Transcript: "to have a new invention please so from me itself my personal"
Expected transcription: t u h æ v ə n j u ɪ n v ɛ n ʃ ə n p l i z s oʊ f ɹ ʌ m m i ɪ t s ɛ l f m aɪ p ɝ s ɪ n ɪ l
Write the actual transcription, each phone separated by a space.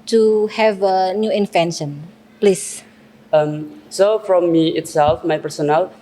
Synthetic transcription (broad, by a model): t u h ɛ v ə n j u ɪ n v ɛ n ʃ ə n p l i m s oʊ f ɹ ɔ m m i ɪ t s ɛ l f m aɪ p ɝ s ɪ n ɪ l